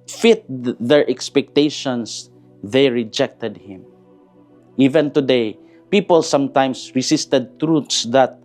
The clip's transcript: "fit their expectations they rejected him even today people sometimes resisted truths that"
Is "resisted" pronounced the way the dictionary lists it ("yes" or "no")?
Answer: no